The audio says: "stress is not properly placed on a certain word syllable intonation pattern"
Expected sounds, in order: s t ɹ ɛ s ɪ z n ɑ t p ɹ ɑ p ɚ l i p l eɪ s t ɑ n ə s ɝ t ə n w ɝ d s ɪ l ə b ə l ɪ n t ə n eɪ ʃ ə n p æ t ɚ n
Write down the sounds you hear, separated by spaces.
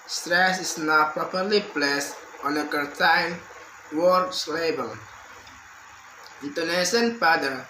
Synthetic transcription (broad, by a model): s t ɹ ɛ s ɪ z n ɑ t p ɹ ɑ p ɚ l i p l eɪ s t ɑ n ə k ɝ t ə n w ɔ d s l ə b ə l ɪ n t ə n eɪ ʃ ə n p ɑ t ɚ